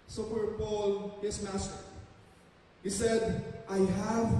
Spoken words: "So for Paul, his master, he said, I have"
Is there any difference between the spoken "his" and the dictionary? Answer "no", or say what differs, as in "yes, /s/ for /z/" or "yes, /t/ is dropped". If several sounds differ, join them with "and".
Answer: yes, /s/ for /z/